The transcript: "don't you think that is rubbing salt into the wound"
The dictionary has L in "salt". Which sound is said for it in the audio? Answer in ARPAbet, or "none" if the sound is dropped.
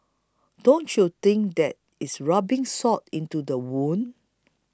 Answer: none